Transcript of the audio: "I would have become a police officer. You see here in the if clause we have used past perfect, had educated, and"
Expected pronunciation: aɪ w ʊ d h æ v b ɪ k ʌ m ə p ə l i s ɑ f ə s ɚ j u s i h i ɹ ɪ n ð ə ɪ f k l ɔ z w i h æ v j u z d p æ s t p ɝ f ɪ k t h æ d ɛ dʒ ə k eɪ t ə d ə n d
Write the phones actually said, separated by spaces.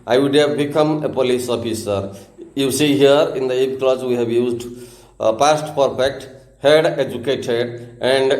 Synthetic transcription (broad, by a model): aɪ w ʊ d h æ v b ɪ k ʌ m ə p ə l i s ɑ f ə s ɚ j u s i h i ɹ ɪ n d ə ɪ p k l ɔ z w i h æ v j u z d p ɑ s t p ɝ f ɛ k t h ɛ d ɛ dʒ ə k eɪ t ə d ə n d